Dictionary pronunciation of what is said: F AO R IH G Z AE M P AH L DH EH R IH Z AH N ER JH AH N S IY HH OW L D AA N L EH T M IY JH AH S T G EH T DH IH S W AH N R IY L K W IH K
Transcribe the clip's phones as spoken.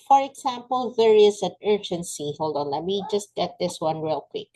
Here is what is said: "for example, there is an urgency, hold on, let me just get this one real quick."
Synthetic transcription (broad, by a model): F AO R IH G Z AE M P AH L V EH R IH S AH N ER JH AH N S IY HH OW L D AA N L EH T M IY JH AH S T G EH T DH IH S W AH N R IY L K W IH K